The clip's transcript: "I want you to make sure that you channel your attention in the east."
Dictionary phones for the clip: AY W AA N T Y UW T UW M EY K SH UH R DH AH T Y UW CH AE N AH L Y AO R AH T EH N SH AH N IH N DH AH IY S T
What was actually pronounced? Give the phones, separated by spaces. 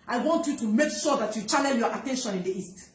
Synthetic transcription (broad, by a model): AY W AA N T Y UW T UW M EY K SH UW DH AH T Y UW CH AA L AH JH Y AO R AH T EH N SH AH N IH N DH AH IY S T